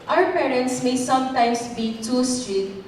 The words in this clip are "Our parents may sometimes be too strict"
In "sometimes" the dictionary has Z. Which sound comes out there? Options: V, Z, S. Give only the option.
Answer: S